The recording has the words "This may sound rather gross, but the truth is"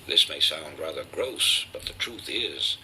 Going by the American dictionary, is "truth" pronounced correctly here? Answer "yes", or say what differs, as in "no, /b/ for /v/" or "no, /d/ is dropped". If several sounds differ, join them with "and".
yes